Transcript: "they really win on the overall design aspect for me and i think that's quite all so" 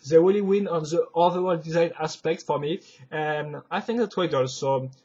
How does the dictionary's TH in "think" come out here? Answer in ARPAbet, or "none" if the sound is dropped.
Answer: TH